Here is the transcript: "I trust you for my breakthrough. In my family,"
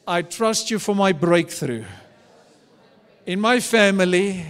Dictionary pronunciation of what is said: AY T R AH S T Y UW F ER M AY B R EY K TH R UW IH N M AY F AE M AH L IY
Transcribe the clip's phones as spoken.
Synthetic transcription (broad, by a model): AY T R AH S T Y UW F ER M AY B R EY K TH R UW IH N M AY F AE M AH L IY